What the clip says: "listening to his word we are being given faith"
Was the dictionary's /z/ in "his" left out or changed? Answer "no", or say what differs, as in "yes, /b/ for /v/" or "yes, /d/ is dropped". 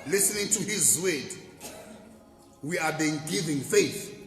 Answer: no